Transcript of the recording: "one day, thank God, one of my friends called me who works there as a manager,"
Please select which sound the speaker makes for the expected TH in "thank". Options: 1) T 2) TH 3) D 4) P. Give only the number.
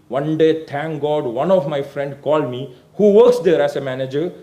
1